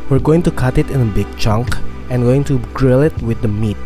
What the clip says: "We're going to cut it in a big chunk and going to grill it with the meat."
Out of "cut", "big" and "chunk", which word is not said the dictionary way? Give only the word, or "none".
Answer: none